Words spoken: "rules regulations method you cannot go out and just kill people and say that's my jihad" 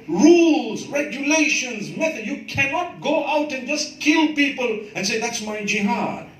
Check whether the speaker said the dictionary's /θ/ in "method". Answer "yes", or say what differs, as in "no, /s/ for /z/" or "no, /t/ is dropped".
no, /t/ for /θ/